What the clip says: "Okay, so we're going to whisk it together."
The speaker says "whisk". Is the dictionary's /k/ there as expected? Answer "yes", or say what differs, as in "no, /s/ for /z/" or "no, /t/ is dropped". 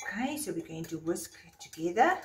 yes